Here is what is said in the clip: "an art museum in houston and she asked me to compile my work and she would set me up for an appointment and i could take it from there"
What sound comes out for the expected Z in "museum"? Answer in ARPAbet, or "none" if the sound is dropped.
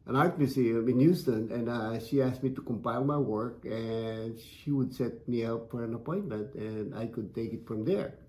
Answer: S